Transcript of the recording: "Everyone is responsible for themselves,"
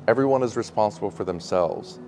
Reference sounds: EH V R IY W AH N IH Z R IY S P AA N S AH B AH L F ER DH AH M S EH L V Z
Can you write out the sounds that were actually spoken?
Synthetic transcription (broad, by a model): EH V R IY W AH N IH Z R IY S P AA N S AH B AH L F ER DH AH M S EH L V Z